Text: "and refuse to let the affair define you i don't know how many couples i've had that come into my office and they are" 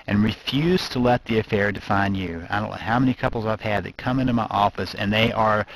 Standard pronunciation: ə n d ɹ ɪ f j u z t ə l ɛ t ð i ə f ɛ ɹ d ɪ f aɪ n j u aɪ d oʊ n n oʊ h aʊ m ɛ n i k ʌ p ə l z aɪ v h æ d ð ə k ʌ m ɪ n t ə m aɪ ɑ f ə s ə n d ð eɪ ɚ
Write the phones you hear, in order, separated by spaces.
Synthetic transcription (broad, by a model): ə n ɹ ɪ f j u z t ə l ɛ t ð i ə f ɛ ɹ d ɪ f aɪ n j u aɪ d oʊ n l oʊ h aʊ m ɛ n i k ʌ p l z aɪ v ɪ d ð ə k ʌ m ɪ n t ə m aɪ ɑ f ə s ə n ð eɪ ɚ